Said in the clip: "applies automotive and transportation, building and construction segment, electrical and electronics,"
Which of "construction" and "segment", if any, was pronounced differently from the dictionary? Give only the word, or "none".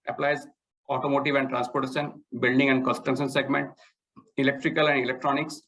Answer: construction